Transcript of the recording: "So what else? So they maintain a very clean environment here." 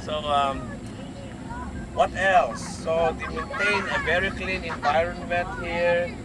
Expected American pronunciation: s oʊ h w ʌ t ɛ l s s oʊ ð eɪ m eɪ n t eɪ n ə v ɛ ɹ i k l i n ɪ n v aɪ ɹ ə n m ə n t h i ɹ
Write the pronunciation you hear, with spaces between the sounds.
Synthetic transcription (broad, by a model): s oʊ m w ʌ t ɛ l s s oʊ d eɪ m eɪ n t eɪ n ə v ɛ ɹ i k l i n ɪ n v aɪ ɹ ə n m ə n t h i ɹ